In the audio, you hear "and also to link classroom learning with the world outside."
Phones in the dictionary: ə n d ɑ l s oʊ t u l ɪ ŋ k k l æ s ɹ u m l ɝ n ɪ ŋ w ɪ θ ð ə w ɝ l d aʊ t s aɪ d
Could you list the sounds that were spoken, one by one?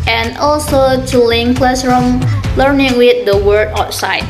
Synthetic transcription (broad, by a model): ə n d ɑ l s oʊ t u l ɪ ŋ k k l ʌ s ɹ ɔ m l ɝ n ɪ ŋ w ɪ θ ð ə w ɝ d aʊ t s aɪ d